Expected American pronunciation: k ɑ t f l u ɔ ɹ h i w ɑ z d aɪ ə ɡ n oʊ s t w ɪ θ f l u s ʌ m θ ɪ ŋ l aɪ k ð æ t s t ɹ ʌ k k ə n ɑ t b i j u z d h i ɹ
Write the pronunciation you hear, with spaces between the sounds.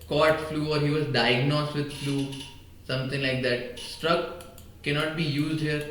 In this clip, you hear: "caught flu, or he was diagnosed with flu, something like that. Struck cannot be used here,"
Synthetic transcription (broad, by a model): k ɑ t f l u ɔ ɹ h i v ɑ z d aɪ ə ɡ n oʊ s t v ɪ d f l u s ʌ m t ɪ ŋ l aɪ k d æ t s t ɹ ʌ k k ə n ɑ t b i j u z d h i ɹ